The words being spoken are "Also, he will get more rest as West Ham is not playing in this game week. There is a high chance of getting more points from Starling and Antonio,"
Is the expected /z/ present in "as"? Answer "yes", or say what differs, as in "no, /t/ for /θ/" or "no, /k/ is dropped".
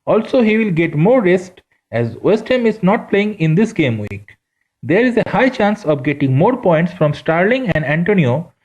yes